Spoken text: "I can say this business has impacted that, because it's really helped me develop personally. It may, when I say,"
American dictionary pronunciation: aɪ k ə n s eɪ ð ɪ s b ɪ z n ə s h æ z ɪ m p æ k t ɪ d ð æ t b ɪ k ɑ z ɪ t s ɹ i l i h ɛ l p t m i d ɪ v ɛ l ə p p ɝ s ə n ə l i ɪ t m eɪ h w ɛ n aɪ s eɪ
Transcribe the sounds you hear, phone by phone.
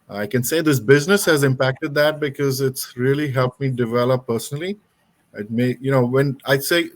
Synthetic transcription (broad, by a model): aɪ k ə n s eɪ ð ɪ s b ɪ z n ə s h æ z ɪ m p æ k t ɪ d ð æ t b ɪ k ɑ z ɪ t s ɹ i l i h ɛ l p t m i d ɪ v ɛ l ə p p ɝ s ə n ə l i ɪ t m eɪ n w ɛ n aɪ s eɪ